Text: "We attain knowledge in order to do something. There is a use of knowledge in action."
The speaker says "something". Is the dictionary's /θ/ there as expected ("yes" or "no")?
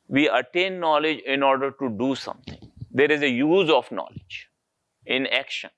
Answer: no